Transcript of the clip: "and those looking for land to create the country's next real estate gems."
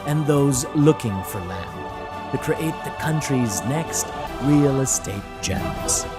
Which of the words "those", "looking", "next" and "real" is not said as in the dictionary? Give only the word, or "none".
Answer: none